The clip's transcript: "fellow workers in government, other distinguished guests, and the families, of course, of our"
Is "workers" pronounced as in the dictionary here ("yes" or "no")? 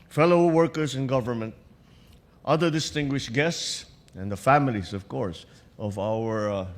no